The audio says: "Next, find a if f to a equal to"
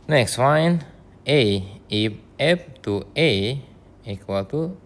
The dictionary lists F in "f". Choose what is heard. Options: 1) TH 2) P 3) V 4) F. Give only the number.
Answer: 2